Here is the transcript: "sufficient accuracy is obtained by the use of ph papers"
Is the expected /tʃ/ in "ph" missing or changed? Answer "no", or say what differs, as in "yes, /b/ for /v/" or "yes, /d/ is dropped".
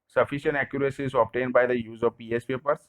yes, /s/ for /tʃ/